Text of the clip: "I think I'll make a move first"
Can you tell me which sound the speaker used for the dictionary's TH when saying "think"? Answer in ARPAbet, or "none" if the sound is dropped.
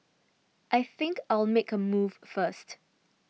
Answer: TH